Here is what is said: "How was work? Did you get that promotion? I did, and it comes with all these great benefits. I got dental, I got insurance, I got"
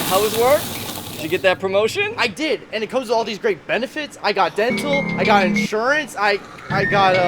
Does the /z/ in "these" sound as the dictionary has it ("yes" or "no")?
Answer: yes